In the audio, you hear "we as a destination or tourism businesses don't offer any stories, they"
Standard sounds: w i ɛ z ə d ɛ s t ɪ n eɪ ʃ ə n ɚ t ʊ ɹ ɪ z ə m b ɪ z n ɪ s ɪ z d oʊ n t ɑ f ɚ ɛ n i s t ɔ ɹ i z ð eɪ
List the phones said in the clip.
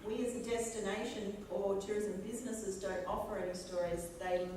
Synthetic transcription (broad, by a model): w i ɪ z ə d ɛ s t ɪ n eɪ ʃ ə n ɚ t ʊ ɹ ɪ z ə m b ɪ z n ɪ s ɪ z d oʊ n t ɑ p ɚ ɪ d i s t ɔ ɹ i z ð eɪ